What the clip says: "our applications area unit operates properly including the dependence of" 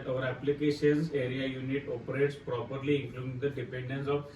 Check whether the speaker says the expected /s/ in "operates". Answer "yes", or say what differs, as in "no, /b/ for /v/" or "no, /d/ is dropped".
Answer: yes